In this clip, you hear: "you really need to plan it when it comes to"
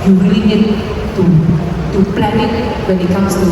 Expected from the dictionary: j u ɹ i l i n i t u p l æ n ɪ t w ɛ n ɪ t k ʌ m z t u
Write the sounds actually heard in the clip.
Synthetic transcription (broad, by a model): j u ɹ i n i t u t u p l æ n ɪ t w ɛ n ɪ t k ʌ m s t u